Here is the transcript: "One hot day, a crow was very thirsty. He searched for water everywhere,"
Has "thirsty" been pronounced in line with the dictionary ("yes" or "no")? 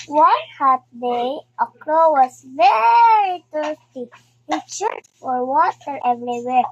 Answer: no